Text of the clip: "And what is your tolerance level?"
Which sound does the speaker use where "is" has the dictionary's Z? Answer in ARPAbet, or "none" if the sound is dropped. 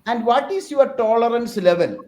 S